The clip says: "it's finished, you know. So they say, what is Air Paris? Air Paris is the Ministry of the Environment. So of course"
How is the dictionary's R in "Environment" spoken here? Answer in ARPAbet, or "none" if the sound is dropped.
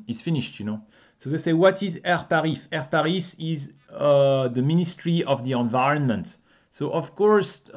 R